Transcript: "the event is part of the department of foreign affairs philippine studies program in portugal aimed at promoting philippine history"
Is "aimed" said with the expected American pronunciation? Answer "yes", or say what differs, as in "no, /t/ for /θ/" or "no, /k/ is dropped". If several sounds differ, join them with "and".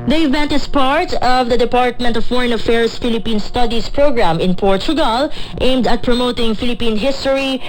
yes